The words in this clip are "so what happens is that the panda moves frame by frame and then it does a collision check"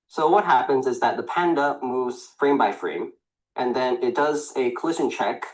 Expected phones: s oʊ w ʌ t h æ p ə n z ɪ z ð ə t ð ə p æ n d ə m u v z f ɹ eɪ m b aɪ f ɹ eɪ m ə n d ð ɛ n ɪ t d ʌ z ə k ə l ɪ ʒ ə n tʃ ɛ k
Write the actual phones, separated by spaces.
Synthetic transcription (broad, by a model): s oʊ w ʌ t h æ p ə n z ɪ z ð ə t ð ə p æ n d ə m u v z f ɹ eɪ m b aɪ f ɹ eɪ m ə n ð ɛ n ɪ t d ʌ z ə k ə l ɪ ʃ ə n tʃ ɛ k